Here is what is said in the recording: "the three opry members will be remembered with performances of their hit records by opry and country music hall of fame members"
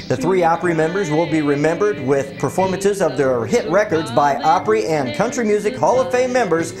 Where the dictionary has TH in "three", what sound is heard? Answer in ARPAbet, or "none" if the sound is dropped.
TH